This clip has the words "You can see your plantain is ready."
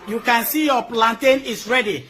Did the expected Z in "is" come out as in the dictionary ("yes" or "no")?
no